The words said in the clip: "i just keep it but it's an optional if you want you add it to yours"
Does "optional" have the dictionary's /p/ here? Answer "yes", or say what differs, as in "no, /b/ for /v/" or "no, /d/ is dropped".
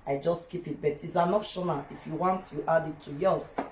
no, /f/ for /p/